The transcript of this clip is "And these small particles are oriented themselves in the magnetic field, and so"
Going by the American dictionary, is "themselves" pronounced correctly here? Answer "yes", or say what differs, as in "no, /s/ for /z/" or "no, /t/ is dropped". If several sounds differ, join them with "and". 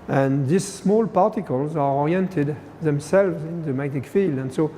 yes